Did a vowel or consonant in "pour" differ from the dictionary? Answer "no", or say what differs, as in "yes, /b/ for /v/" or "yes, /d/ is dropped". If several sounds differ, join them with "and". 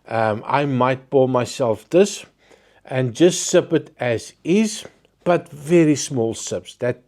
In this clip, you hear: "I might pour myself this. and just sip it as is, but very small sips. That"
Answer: yes, /b/ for /p/